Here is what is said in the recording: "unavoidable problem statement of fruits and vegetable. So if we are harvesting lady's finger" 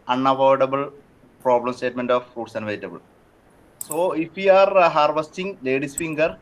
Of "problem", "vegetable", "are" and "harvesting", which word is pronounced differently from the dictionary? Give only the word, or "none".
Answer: vegetable